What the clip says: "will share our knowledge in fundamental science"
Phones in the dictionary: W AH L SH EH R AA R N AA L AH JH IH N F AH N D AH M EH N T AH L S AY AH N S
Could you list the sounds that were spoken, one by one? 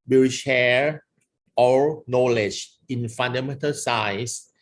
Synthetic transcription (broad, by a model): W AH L SH EH R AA L N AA L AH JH IH N F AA N D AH M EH N T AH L S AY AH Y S